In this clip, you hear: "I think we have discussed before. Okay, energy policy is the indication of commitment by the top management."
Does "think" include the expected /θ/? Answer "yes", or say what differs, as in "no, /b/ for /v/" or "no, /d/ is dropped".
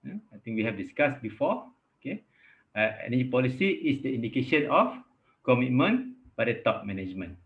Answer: no, /t/ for /θ/